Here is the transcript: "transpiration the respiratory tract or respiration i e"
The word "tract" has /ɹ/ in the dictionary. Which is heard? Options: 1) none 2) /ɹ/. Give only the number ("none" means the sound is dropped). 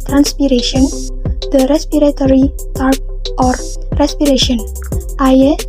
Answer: 1